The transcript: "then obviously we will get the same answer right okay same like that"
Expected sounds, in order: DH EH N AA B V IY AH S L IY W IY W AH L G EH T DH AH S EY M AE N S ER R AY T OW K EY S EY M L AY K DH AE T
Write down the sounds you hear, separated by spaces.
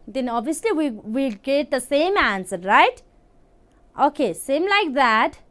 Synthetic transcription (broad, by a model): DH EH N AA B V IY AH S L IY W IY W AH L G EH T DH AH S EY M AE N S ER R AY T OW K EY S EY M L AY K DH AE T